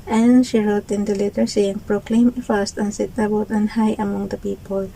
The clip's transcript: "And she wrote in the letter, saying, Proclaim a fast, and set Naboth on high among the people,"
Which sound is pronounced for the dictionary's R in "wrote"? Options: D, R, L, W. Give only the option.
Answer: R